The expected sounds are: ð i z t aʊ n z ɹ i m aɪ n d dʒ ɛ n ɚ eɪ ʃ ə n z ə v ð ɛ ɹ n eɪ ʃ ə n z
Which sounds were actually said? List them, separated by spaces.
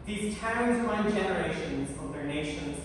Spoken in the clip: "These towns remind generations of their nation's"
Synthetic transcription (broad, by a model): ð i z t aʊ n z w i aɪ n dʒ ɛ n ɚ eɪ ʃ ə n z ə v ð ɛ ɹ n eɪ ʃ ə n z